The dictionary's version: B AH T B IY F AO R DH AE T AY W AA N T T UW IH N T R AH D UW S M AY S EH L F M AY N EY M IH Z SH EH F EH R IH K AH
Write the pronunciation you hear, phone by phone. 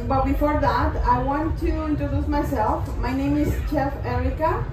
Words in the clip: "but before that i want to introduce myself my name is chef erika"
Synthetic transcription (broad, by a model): B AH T B IY F AO R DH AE T AY W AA N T T UW IH N T R AH D UW S M AY S EH L F M AY N EY M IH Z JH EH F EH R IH K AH